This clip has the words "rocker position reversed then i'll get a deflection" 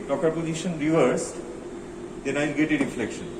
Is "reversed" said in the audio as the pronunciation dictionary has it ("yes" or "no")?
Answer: yes